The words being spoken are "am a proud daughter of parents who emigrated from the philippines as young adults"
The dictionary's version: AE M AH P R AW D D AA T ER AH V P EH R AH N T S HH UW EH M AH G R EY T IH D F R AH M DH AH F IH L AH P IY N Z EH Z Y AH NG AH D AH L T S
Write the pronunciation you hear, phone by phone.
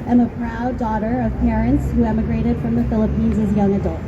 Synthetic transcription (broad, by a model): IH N AH P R AW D D AA T ER AH V P EH R AH N T S HH UW EH M AH G R EY T IH D F R AH M DH AH F IH L AH P IY N Z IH Z Y AH NG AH D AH L T